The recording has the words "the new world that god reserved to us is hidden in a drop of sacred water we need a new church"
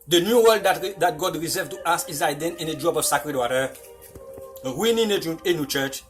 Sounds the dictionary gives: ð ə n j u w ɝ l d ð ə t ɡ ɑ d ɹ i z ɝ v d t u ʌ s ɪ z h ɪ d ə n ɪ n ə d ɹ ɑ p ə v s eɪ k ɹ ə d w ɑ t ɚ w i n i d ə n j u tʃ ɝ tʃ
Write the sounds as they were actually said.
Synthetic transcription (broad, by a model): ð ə n j u w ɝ l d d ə t ɡ ɑ d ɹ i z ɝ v t u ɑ s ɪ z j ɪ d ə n ɪ n ə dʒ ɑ b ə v s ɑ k ɹ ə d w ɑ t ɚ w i n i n ə n j u tʃ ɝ tʃ